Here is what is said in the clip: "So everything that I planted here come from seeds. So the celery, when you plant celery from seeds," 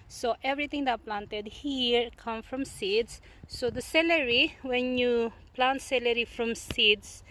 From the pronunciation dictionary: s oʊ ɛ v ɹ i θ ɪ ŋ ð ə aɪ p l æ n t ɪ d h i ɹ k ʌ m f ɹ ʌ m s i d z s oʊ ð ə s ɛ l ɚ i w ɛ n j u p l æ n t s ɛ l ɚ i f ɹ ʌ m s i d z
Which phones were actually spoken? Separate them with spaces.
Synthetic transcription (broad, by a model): s oʊ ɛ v ɹ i t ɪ ŋ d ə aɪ p l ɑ n t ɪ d h i ɹ k ʌ m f ɹ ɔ m s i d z s oʊ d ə s ɛ l ɚ i w ɛ n j u p l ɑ n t s ɛ l ɚ i f ɹ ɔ m s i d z